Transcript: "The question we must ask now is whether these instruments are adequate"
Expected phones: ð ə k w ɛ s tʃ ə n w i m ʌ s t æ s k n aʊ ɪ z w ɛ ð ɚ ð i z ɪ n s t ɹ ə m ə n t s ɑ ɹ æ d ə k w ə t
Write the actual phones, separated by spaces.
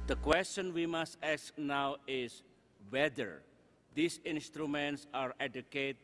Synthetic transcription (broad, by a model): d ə k w ɛ s tʃ ə n w i m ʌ s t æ s k n aʊ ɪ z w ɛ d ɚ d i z ɪ n s t ɹ ə m ə n t s ɑ ɹ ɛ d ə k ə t